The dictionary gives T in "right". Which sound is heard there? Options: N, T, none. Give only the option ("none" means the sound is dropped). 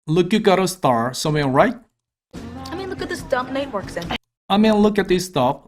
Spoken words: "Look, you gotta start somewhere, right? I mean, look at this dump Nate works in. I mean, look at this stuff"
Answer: T